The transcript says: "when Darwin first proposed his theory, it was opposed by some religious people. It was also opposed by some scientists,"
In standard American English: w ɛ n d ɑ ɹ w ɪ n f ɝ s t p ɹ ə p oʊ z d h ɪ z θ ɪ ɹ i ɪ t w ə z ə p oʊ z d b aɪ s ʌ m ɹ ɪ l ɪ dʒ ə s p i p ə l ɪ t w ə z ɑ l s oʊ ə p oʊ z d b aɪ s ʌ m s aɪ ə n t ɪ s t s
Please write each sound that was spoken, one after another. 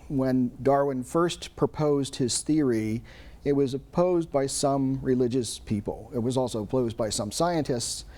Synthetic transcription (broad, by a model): w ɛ n d ɑ ɹ w ɪ n f ɝ s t p ɹ ə p oʊ z d h ɪ z θ ɪ ɹ i ɪ t w ə z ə p oʊ z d b aɪ s ʌ m ɹ ɪ l ɪ dʒ ə s p i p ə l ɪ t w ə z ɑ l s oʊ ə p oʊ z b aɪ s ʌ m s aɪ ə n t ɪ s t s